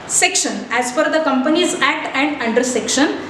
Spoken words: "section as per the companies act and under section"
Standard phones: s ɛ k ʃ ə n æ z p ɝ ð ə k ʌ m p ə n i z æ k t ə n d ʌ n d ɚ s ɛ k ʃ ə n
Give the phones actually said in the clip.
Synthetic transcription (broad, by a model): s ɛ k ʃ ə n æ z f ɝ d ə k ʌ m p ə n i z æ k t ə n d ʌ n d ɚ s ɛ k ʃ ə n